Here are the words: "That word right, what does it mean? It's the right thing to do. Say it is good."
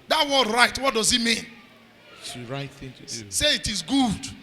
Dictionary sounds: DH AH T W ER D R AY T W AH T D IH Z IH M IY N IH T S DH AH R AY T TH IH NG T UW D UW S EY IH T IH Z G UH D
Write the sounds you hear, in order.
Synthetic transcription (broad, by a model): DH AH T W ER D R AY T W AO T D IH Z IH M IY N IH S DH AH R AY T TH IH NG T UW D UW S EY IH T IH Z G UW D